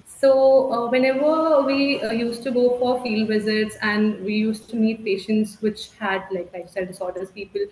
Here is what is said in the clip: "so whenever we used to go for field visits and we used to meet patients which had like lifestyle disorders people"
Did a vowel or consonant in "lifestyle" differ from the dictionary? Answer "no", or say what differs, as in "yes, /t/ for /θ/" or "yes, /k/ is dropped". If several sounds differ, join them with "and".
yes, /f/ is dropped